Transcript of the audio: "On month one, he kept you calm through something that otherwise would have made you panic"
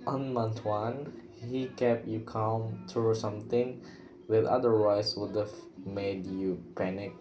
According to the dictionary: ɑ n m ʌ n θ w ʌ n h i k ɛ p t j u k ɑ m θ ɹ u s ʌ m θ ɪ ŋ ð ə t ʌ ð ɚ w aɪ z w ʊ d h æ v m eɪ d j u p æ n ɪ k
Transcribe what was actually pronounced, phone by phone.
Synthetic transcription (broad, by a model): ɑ n m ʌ n t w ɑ n h i k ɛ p j u k ɑ m t ɹ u s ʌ m t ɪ ŋ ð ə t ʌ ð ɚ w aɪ s w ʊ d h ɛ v m eɪ d j u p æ n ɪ k